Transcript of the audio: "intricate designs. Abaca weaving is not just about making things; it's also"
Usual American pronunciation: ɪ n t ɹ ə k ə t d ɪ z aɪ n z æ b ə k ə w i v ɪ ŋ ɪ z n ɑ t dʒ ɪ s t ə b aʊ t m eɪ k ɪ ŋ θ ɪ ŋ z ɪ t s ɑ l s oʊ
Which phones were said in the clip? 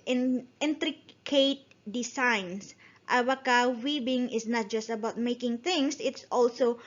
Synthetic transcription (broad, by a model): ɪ n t ɹ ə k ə t d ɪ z aɪ n s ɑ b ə k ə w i b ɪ ŋ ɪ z n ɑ t dʒ ɪ s t ə b aʊ t m eɪ k ɪ ŋ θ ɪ ŋ s ɪ t s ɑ l s oʊ